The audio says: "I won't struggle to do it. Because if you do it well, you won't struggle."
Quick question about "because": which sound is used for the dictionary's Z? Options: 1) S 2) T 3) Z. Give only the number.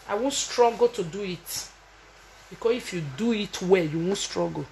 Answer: 1